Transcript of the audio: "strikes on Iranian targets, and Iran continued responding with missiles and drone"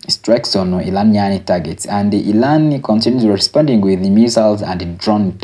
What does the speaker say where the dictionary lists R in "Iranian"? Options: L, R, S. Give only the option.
L